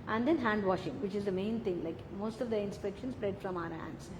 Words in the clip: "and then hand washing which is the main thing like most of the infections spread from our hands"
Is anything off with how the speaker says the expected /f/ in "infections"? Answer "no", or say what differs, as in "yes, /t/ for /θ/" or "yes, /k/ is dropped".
yes, /p/ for /f/